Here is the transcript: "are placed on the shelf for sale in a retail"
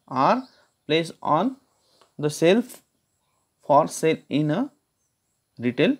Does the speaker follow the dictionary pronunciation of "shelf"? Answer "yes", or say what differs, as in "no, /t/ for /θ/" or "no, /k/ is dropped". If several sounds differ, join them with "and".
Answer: no, /s/ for /ʃ/